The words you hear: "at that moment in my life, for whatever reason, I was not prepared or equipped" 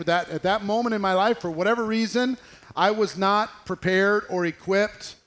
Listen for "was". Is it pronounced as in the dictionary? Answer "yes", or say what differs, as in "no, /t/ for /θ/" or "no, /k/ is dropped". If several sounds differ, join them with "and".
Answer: yes